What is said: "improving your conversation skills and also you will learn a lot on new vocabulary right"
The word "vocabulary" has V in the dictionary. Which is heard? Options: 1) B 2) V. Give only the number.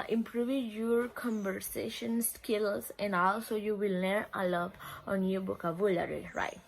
1